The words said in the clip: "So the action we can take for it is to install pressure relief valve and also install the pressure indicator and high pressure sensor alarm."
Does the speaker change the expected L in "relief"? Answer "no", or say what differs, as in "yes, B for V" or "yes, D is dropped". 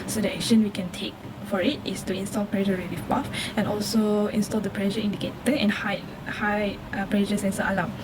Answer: yes, W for L